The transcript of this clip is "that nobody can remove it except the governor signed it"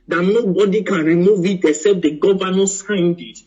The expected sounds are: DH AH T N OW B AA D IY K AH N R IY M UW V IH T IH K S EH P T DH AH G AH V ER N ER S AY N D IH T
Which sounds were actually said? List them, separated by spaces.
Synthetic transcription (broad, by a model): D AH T N OW B AA D IY K AH N R IY M UW V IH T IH S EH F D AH G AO V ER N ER S AY N D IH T